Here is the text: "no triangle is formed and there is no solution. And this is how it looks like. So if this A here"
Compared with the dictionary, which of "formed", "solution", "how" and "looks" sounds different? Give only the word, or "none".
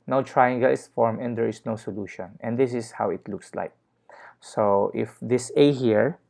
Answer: formed